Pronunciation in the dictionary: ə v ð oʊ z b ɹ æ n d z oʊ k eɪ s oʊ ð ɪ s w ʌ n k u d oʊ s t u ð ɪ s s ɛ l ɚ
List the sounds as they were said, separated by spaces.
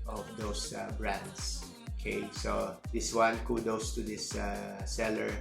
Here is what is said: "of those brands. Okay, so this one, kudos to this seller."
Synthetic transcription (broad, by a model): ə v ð oʊ s b ɹ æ n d s oʊ k eɪ s oʊ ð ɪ s w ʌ n k u d oʊ s t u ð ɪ s s ɛ l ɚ